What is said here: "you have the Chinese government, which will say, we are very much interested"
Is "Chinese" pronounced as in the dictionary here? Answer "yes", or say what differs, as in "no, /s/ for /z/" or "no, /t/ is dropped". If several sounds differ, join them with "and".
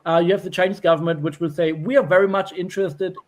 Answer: yes